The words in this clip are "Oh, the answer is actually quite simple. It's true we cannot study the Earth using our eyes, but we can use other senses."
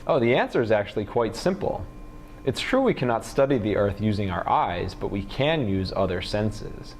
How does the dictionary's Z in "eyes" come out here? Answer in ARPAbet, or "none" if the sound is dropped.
Z